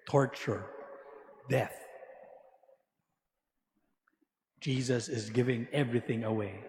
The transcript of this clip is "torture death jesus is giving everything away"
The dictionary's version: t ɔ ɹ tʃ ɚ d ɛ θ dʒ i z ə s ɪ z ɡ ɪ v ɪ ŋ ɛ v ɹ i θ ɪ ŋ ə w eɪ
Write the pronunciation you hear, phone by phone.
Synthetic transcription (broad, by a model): t ɔ ɹ tʃ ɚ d ɛ θ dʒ i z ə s ɪ z ɡ ɪ v ɪ ŋ ɛ v ɹ i θ ɪ ŋ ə w eɪ